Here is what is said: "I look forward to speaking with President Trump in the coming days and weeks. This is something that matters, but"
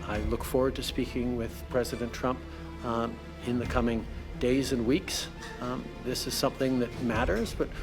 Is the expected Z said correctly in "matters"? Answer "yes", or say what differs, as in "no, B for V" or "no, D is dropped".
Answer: yes